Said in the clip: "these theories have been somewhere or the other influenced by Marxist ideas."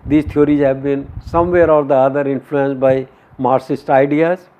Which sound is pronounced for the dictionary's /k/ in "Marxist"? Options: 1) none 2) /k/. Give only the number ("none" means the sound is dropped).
1